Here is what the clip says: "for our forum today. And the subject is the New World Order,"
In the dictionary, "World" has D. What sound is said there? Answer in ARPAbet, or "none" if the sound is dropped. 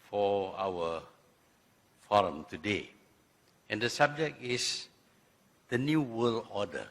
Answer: none